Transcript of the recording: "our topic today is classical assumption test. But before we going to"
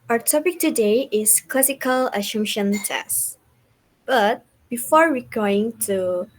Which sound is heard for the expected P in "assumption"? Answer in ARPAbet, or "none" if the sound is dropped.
none